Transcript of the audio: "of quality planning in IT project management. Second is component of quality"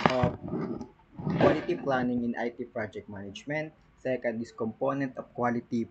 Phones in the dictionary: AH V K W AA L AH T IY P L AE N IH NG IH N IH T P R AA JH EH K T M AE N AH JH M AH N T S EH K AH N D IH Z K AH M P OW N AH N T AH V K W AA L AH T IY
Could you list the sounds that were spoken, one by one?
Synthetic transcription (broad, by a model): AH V K W AA L AH T IY P L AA N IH NG IH N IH T P R AA JH EH K T M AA N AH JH M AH N T S EH K AH N D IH S K AH M P OW N AH N T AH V K W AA L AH T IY